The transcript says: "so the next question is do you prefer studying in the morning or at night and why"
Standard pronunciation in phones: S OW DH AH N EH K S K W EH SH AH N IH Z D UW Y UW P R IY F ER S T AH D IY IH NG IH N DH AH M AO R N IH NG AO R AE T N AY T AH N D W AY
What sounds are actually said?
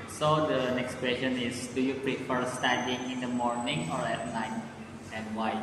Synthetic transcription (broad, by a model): S OW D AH N EH K S K W EH SH AH N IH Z D UW Y UW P R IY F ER S T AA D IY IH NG IH N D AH M AO R N IH NG AO R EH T L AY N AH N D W AY